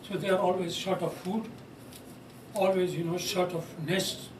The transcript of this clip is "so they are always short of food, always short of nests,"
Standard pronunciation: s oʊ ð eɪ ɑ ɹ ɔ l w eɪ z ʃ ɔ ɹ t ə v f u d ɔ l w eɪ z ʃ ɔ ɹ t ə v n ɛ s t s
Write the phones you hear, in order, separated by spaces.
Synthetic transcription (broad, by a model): s oʊ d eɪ ɑ ɹ ɔ l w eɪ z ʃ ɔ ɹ t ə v f u d ɔ l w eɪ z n ɔ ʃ t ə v n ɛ s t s